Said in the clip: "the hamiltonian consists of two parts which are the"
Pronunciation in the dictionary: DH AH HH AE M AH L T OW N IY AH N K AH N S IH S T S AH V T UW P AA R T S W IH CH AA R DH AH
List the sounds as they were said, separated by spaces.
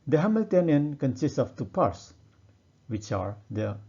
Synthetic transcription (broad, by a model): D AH HH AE M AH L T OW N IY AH N K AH N S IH S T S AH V T UW P AA R T S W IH CH AA R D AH